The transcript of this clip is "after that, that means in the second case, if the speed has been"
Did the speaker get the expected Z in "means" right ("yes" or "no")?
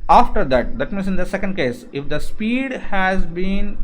no